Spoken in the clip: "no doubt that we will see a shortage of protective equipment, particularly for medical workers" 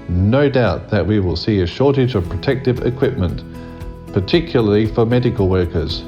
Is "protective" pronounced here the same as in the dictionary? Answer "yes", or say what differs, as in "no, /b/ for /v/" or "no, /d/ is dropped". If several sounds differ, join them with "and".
yes